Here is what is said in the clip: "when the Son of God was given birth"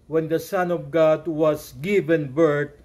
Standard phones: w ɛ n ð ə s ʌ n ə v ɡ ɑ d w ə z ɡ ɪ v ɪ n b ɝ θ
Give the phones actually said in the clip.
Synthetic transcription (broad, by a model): w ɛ n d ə s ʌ n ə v ɡ ɑ d w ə s ɡ ɪ v ɪ n b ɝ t